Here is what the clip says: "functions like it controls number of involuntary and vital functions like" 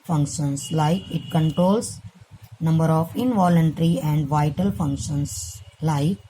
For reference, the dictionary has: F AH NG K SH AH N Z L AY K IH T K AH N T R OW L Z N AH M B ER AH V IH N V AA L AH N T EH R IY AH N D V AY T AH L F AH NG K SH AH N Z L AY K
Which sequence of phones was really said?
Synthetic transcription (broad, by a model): F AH NG K SH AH N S L AY K IH T K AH N T R OW L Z N AH M B ER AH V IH N V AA L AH N T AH R IY AH N D V AY T AH L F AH NG K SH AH N S L AY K